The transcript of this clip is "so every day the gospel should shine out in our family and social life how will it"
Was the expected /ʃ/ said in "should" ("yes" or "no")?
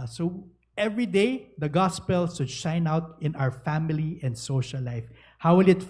no